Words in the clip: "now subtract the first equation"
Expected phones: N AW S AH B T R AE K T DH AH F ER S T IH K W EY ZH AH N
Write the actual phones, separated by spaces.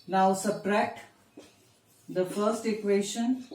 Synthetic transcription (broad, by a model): N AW S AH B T R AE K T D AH F ER S T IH K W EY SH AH N